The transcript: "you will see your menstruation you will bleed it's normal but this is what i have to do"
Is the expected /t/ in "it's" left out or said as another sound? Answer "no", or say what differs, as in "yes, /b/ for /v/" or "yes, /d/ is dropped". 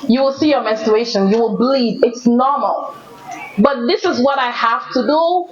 no